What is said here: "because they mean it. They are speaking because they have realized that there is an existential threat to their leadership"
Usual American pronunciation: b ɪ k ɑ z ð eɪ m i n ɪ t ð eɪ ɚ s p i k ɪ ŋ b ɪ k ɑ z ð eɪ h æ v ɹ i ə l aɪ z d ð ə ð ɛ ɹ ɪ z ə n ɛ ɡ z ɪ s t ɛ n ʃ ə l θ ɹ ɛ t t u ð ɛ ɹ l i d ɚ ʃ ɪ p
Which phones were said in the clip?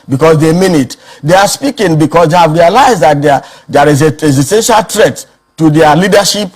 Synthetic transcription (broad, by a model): b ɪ k ɑ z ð eɪ m i n ɪ t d eɪ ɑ s p i k ɪ ŋ b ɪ k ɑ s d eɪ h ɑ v ɹ i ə l aɪ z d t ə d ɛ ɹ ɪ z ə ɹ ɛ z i s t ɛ n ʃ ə l t ɹ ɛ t t u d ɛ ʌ l i d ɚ ʃ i p